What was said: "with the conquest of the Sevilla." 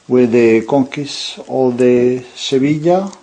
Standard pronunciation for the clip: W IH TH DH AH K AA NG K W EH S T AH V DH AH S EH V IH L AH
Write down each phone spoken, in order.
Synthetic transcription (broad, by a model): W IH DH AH K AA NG K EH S AH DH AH S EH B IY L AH